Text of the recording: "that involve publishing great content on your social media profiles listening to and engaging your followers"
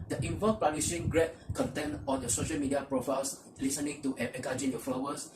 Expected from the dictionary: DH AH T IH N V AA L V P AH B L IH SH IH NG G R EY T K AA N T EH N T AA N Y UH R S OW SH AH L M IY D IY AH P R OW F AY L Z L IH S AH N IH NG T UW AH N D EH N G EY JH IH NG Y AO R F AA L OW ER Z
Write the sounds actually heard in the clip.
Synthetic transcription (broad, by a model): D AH T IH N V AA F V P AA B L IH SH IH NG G R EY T K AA N T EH N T AA N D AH S OW SH AH L M IY D IY AH P R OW F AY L S L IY S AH N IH NG T UW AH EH G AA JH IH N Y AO F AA L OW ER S